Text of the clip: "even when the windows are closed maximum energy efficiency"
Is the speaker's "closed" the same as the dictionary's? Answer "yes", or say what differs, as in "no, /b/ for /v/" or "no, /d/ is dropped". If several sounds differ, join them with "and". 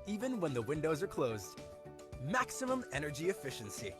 yes